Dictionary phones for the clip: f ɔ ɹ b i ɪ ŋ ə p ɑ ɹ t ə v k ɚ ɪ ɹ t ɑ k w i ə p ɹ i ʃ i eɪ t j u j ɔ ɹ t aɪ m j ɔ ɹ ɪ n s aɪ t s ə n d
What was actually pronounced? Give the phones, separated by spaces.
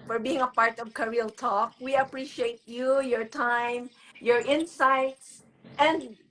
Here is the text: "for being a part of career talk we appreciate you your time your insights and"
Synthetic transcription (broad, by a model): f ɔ ɹ b i ɪ ŋ ə p ɑ ɹ t ə v k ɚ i l t ɑ k w i ə p ɹ i ʃ i eɪ t j u j ɔ ɹ t aɪ m j ɔ ɹ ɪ n s aɪ t s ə n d